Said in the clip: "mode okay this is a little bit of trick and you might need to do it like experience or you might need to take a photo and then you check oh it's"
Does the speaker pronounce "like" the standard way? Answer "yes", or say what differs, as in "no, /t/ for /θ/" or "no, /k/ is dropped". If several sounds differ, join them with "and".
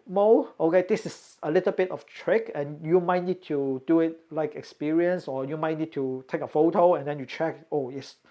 yes